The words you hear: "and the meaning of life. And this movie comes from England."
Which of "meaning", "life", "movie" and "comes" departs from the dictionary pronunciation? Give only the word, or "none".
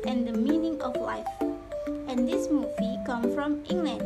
comes